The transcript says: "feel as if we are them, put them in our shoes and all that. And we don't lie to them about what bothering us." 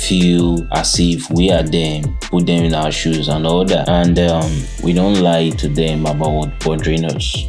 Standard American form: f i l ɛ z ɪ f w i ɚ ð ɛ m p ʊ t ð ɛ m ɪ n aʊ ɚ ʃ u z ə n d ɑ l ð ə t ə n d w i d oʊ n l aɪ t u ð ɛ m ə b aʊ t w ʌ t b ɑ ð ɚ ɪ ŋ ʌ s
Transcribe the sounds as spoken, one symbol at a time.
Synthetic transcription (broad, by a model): f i l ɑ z ɪ f w i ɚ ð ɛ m p ʊ t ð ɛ m ɪ n aʊ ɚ ʃ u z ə n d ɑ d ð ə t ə n d w i d oʊ n l aɪ t u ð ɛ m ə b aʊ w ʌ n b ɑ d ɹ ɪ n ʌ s